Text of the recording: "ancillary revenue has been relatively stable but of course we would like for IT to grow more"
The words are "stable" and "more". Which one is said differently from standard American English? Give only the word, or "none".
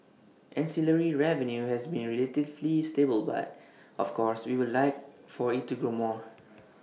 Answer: none